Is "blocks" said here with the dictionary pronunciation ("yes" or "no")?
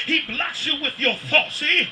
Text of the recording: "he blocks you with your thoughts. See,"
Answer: no